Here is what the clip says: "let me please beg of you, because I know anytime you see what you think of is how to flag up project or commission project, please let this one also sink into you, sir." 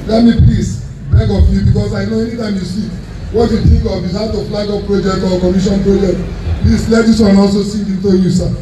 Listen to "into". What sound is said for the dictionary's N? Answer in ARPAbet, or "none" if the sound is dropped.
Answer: N